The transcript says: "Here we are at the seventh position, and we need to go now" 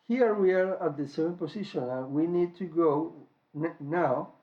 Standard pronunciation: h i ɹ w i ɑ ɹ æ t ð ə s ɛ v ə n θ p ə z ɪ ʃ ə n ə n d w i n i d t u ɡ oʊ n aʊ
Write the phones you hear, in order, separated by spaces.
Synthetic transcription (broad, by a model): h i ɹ w i ɑ ɹ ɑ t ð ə s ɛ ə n p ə s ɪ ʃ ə n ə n w i n i d t u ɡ oʊ n aʊ